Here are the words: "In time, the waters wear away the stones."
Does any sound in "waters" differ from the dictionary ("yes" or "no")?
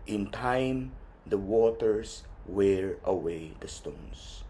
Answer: yes